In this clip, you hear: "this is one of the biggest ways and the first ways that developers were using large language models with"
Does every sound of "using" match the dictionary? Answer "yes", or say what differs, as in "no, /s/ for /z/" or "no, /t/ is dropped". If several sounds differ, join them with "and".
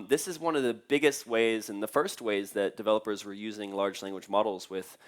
yes